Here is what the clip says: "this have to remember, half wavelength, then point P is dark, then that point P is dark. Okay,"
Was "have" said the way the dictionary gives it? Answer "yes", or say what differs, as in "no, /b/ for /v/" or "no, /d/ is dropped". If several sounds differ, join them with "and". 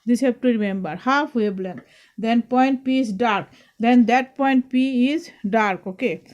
no, /p/ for /v/